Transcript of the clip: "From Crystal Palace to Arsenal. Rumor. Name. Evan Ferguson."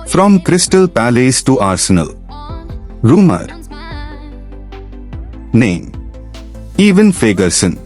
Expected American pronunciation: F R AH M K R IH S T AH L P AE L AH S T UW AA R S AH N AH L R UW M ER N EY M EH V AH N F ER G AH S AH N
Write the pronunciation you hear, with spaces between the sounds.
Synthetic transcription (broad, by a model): F R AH M K R IH S T AH L P AE L AH S T UW AA R S AH N AH L R UW M ER N EY M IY V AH N F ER G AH S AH N